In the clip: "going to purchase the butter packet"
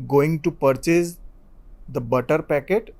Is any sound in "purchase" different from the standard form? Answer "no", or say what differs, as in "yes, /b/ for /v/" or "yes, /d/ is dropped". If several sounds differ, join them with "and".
no